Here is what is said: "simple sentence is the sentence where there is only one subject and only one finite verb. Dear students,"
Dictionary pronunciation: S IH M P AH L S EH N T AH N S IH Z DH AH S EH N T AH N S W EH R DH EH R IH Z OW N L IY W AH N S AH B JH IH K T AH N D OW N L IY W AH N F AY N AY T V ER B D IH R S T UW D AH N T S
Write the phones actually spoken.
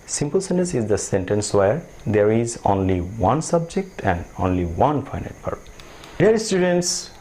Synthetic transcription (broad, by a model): S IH M P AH L S EH N T AH N S IH Z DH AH S EH N T AH N S W EH R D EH R IH Z OW N L IY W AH N S AH B JH IH K T AH N D OW N L IY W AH N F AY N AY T P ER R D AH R S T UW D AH N T S